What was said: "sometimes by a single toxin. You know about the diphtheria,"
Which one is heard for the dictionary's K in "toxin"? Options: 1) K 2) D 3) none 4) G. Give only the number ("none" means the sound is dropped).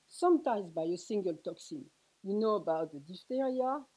1